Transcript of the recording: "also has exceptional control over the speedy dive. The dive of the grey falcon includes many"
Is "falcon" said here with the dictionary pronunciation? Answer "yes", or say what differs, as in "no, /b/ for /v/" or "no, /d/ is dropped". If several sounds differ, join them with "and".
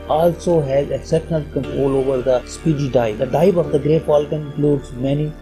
no, /p/ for /f/